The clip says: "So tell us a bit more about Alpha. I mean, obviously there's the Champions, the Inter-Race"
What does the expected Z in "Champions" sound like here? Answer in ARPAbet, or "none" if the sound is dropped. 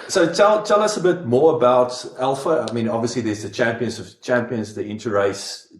Z